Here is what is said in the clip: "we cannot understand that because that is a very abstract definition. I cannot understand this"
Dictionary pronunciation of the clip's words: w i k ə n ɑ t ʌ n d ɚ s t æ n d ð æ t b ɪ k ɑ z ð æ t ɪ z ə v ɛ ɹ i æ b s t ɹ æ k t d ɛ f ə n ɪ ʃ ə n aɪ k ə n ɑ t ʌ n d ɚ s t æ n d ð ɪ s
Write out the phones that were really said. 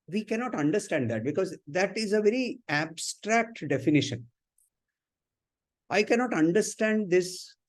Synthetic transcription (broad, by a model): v i k ə n ɑ t ʌ n d ɚ s t æ n d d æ t b ɪ k ɑ z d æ t ɪ z ə v ɛ ɹ i æ b s t ɹ æ k t d ɛ f ə n ɪ ʃ ə n aɪ k ə n ɑ t ʌ n d ɚ s t æ n d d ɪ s